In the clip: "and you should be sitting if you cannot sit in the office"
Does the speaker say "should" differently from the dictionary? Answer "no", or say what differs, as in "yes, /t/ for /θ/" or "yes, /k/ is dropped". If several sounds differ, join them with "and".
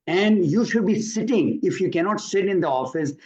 no